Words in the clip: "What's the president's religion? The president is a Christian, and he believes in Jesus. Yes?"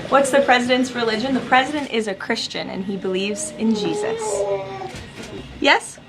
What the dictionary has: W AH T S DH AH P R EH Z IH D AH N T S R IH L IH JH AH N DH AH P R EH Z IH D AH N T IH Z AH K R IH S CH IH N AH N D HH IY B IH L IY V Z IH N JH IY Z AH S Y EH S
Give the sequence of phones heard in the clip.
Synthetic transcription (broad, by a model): W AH T S DH AH P R EH Z IH D AH N T S R IH L IH JH AH N DH AH P R EH Z IH D AH N T IH Z AH K R IH S CH IH N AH N IY B IH L IY V Z IH N JH IY Z AH S Y EH S